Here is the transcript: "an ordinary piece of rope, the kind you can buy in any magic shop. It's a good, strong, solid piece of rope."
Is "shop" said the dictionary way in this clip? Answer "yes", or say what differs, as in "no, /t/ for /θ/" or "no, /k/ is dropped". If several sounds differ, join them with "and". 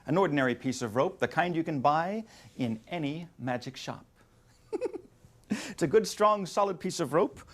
yes